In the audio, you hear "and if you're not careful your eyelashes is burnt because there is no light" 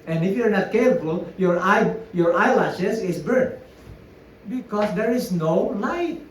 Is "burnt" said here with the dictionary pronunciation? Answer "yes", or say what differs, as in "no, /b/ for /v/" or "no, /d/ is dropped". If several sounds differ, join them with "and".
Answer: no, /n/ is dropped